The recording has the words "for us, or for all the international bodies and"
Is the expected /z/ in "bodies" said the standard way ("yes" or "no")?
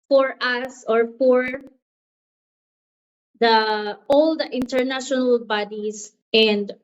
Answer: no